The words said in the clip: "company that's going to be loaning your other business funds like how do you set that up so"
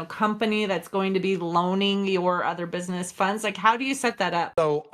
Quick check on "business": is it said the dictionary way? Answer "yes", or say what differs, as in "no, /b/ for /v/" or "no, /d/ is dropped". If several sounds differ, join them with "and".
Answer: yes